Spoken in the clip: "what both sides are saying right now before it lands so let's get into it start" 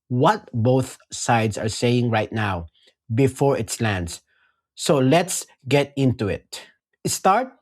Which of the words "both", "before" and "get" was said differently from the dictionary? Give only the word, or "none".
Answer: none